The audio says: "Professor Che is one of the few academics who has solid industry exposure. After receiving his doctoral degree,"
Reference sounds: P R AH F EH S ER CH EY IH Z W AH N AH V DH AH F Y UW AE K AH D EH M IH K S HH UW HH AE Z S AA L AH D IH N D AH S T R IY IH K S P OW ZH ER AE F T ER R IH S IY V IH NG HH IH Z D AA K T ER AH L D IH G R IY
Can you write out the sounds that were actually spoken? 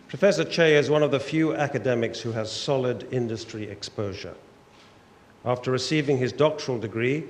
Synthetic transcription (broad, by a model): P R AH F EH S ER CH EY IH Z W AH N AH V DH AH F Y UW AE K AH D EH M IH K S HH UW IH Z S AA L AH D IH N D AH S T R IY IH K S P OW ZH ER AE F T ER R IH S IY V IH NG IH Z D AA K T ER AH L D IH G R IY